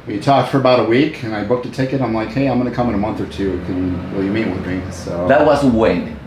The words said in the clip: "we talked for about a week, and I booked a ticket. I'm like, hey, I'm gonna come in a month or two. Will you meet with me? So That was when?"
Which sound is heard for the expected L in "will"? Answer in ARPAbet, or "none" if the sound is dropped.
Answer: N